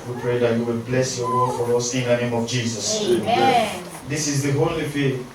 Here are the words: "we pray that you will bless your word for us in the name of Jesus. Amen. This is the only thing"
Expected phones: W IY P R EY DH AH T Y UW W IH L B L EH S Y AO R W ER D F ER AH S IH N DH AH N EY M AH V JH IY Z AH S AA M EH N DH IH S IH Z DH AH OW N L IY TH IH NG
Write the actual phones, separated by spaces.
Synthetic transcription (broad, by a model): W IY P R EY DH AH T Y UW W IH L B L EH S Y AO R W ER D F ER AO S IH N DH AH N EY M AH V JH IY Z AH S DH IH S IH Z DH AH OW L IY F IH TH